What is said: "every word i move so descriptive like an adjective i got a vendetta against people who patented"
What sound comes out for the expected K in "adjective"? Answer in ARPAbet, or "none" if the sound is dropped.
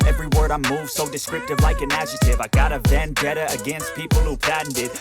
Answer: none